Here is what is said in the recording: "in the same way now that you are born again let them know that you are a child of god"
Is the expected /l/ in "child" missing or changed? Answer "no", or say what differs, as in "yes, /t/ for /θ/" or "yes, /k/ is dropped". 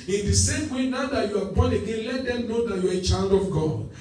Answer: yes, /n/ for /l/